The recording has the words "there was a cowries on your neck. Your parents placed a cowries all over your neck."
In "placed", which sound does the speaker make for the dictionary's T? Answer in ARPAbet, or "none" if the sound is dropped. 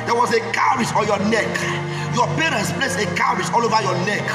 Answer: none